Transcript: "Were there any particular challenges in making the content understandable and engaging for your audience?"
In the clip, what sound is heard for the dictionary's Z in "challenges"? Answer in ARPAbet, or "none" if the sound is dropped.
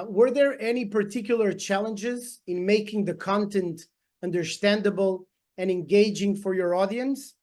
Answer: Z